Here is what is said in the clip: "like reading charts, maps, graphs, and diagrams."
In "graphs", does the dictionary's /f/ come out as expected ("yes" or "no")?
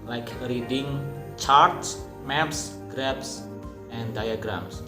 no